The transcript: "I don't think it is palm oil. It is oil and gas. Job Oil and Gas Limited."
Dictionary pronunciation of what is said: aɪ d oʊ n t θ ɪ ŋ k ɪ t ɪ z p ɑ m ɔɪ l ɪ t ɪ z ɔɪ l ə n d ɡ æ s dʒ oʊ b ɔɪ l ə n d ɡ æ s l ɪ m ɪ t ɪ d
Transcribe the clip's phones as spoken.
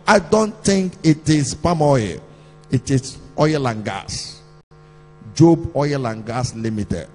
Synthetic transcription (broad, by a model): aɪ d oʊ n t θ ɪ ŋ k ɪ t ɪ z p ɑ m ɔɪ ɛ ɪ t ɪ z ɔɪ l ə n ɡ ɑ s dʒ oʊ b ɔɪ l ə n ɡ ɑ s l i m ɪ t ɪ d